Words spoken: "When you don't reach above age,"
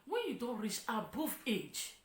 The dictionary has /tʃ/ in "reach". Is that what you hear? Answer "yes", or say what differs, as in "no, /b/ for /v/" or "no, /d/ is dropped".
no, /s/ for /tʃ/